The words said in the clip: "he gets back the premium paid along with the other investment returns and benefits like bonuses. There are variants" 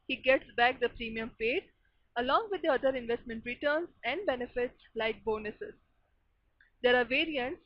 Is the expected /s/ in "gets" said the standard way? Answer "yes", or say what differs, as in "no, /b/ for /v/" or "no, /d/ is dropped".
yes